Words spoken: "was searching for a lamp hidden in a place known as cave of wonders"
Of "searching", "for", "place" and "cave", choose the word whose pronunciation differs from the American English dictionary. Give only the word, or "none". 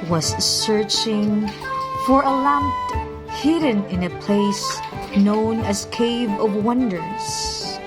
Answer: none